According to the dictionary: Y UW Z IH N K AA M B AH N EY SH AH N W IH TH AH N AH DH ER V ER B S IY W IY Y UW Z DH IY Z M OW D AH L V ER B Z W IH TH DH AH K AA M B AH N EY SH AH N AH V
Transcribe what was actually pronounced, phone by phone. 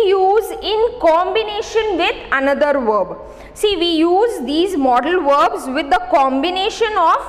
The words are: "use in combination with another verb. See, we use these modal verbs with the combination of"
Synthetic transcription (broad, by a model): Y UW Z IH N K AA M B AH N EY SH AH N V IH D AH N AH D ER V ER B S IY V IY Y UW Z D IY Z M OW D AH L V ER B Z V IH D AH K AA M B AH N EY SH AH N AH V